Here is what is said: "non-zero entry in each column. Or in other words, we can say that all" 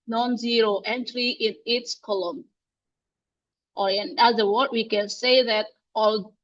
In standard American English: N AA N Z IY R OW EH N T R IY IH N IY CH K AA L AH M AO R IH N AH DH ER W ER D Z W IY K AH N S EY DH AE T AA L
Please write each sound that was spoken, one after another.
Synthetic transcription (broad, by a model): N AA N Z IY R OW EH N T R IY IH N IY S K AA L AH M AO R IH N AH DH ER W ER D W IY K AH N S EY DH AE T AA L